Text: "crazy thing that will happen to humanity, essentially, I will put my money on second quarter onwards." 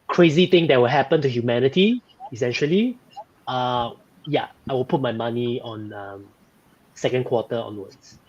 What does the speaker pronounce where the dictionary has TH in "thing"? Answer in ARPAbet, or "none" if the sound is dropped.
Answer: T